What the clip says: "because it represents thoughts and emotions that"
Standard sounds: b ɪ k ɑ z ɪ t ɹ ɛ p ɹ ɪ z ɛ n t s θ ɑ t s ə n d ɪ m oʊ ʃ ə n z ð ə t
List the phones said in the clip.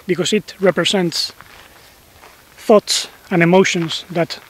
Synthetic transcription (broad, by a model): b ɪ k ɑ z ɪ t ɹ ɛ p ɹ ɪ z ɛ n t s θ ɑ t s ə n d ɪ m oʊ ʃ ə n s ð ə t